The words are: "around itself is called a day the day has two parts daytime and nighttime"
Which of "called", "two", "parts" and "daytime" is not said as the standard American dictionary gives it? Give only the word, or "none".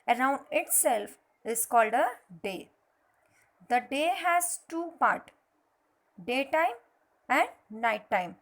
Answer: parts